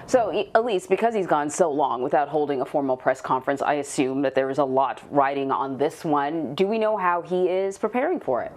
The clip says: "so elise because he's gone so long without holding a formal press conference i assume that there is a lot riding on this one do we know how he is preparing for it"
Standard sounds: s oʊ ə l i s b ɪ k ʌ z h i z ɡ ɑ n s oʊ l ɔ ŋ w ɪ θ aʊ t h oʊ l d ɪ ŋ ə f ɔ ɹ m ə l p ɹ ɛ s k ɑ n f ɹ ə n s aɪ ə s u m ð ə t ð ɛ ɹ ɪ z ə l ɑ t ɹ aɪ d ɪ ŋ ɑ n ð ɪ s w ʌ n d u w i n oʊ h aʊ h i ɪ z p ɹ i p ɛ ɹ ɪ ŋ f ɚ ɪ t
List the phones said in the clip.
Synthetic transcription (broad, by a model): s oʊ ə l i s b ɪ k ʌ z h i z ɡ ɑ n s oʊ l ɔ ŋ w ɪ θ aʊ t h oʊ l d ɪ ŋ ə f ɔ ɹ m l p ɹ ɛ s k ɑ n f ɹ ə n s aɪ ə s u m ð ə t ð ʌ ɹ ɪ z ə l ɑ t ɹ aɪ d ɪ ŋ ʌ n ð ɪ s w ʌ n d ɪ w i n oʊ h aʊ i ɪ z p ɹ i p ɛ ɹ ɪ ŋ f ɚ ɪ t